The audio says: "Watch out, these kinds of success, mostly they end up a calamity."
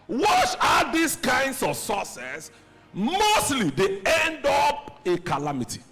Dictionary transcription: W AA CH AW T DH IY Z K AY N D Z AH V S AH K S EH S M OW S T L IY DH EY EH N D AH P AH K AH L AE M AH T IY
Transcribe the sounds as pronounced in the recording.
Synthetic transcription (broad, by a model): W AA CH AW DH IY S K AY N D S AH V S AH S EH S M OW S T L IY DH EY EH N D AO P AH K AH L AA M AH T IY